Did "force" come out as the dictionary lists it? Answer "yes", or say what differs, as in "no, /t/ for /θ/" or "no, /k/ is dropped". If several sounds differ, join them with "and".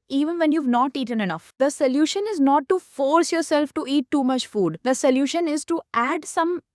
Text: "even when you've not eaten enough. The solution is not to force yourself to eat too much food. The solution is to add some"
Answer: yes